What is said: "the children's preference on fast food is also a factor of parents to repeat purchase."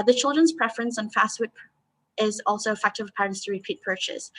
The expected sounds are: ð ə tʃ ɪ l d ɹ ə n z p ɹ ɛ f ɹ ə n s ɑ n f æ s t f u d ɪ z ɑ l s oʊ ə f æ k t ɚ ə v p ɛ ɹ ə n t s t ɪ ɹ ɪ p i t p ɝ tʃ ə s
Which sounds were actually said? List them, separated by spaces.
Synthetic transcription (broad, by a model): ð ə tʃ ɪ l d ɹ ə n z p ɹ ɛ f ɹ ə n s n f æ s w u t ɪ z ɑ l s oʊ ə f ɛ k t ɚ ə v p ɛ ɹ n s t ɪ ɹ ɪ p i t p ɝ tʃ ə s